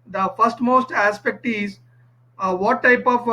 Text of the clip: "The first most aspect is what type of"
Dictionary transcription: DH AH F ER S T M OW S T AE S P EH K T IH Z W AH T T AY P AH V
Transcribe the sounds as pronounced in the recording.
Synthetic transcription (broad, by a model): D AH F ER S T M OW S T AE S P EH K T IH Z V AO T T AY P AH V